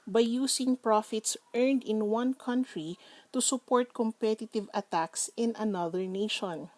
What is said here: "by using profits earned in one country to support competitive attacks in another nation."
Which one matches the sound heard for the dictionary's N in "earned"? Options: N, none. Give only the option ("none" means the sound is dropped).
N